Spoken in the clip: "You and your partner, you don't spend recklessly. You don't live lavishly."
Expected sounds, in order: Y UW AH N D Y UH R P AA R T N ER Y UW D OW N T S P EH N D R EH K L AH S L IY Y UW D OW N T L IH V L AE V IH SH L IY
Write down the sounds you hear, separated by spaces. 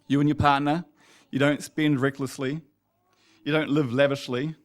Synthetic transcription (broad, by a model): Y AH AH N Y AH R P AA R T N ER Y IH D OW N T S P EH N D R EH K L AH S L IY Y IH D OW N T L IH V L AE V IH SH L IY